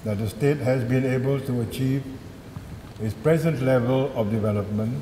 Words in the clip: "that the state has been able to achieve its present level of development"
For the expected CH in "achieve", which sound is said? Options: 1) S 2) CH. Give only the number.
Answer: 2